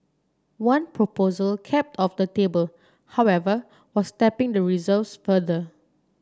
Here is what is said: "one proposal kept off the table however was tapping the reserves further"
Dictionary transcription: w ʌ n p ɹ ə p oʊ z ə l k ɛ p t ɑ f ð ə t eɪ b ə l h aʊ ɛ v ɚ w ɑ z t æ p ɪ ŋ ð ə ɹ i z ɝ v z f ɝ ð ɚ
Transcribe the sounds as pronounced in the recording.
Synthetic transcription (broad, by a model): w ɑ n p ɹ ə p oʊ z ə l k ɛ p t ɑ f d ə t eɪ b ə l h aʊ ɛ v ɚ w ɑ s t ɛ p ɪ ŋ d ə ɹ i z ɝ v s f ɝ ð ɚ